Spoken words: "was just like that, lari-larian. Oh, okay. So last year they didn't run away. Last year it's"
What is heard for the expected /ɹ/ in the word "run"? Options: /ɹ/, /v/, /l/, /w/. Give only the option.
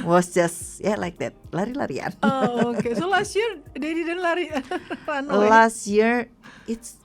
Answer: /l/